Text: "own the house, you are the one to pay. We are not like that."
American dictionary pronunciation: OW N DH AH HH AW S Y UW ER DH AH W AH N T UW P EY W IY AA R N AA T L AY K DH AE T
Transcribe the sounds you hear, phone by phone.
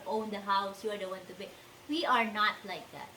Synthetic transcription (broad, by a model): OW N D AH HH AW S Y UW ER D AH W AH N T UW B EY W IY AA R N AA T L AY K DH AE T